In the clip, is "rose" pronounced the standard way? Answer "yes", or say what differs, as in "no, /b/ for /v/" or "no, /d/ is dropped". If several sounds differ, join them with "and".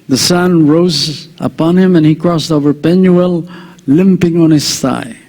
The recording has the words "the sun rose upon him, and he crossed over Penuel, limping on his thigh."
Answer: yes